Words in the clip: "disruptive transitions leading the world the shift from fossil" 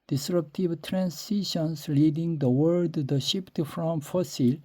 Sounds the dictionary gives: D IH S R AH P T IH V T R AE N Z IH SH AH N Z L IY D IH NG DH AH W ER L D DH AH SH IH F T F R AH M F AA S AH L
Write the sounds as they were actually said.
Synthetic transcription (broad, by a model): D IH S R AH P T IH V T R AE N S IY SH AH N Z L IY D IH NG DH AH W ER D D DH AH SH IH P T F R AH M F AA S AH L